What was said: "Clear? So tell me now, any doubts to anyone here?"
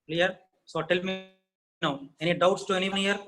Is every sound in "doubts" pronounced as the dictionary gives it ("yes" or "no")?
yes